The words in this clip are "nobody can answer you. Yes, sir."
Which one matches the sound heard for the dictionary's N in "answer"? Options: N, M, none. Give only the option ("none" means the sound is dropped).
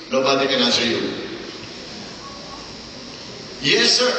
none